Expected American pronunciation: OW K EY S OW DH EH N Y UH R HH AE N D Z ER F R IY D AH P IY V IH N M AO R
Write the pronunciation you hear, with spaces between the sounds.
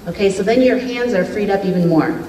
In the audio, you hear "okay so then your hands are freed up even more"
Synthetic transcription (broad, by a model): OW K EY S OW DH EH N Y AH R HH AE N D Z ER F R IY D AH P IY V IH N M AO R